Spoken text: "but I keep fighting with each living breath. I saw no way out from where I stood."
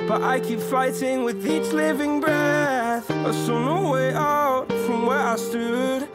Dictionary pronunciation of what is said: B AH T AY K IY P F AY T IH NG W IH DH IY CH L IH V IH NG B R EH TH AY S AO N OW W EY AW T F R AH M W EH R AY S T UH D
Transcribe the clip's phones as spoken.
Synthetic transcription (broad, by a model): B AH T AY K IY P F AY T IH NG W IH DH IY CH L IH V IH NG B R EH TH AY S AO N OW W EY AW T F R AH M W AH R AY S T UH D